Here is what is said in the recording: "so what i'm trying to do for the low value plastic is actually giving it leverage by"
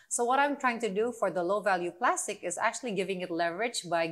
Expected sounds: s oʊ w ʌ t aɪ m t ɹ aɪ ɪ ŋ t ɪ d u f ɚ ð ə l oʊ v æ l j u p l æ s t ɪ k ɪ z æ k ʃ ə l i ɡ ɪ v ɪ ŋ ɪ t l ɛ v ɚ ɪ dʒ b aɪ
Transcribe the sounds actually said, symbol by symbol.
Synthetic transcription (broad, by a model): s oʊ w ʌ t aɪ m t ɹ aɪ ɪ ŋ t ɪ d u f ɚ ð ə l oʊ v æ l j u p l æ s t ɪ k ɪ z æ k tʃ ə l i ɡ ɪ v ɪ ŋ ɪ t l ɛ v ɚ ɪ dʒ b aɪ